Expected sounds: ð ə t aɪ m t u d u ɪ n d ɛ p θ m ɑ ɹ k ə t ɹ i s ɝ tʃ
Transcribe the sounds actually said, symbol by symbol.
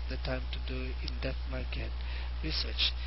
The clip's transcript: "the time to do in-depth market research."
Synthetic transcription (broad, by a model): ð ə t aɪ m t u d u ɪ n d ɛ θ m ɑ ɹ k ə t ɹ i s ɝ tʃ